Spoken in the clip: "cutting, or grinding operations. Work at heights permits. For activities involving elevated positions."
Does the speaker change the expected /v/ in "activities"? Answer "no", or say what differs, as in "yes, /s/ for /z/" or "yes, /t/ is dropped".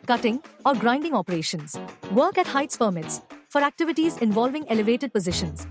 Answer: no